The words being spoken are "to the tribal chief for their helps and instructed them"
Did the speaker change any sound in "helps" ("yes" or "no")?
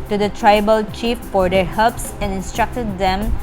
yes